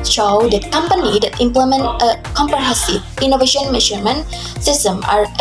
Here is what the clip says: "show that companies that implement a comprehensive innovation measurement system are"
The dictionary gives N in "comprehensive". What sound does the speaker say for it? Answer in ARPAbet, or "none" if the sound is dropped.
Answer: none